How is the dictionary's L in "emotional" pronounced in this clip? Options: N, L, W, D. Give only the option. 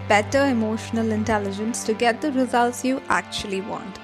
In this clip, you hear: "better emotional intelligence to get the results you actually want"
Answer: L